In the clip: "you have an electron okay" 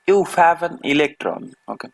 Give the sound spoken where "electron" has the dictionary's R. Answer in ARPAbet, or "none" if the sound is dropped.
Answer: R